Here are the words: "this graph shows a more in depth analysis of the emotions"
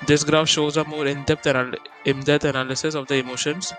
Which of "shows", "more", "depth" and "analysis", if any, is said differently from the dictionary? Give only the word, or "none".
depth